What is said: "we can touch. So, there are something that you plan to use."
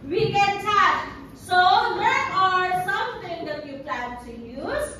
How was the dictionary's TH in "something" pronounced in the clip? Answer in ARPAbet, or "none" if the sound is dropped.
T